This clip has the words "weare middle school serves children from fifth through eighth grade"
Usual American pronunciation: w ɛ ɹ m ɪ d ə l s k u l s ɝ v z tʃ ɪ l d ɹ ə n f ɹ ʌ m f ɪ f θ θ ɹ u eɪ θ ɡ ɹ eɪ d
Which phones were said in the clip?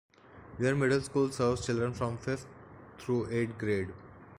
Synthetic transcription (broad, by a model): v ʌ ɹ m ɪ d ə l s k u l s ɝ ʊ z tʃ ɪ l d ɹ ə n f ɹ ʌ m f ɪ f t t ɹ u eɪ t ɡ ɹ eɪ d